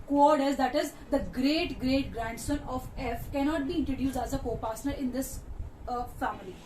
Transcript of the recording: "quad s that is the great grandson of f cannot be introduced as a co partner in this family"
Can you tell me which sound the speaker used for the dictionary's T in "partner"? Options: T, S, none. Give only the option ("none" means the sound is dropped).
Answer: S